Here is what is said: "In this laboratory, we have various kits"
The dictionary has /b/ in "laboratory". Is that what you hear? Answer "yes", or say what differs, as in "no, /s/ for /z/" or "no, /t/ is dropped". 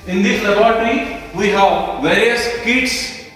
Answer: no, /b/ is dropped